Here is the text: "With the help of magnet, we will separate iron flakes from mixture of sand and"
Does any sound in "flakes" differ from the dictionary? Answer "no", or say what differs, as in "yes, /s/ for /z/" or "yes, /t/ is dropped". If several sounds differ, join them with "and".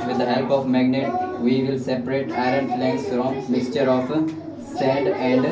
yes, /k/ is dropped